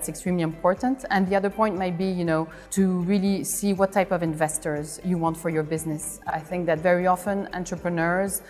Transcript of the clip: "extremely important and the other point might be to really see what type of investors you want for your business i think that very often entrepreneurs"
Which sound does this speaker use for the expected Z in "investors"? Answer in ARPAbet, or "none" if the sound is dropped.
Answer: Z